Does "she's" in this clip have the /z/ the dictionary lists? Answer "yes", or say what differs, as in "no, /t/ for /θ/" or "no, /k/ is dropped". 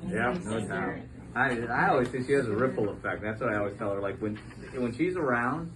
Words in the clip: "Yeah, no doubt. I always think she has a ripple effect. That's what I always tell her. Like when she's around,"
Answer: yes